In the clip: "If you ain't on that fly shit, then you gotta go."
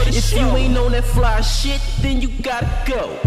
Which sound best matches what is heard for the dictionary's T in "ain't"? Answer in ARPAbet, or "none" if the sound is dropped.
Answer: none